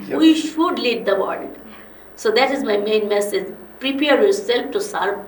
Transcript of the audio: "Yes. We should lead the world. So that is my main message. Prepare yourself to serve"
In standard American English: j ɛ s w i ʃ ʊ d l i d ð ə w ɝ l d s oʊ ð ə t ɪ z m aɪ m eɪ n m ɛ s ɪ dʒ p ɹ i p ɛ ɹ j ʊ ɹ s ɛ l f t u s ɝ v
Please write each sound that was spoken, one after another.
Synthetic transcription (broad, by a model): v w i ʃ ʊ d l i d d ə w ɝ l d s oʊ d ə t ɪ z m aɪ m eɪ n m ɛ s ɪ dʒ p ɹ i p ɛ ɹ j ʊ ɹ s ɛ l f t u s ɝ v